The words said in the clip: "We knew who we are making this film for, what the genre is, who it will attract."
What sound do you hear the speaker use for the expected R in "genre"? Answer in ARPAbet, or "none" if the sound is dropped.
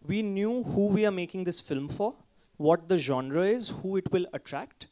R